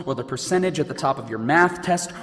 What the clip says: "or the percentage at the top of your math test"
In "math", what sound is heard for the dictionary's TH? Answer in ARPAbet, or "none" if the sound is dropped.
TH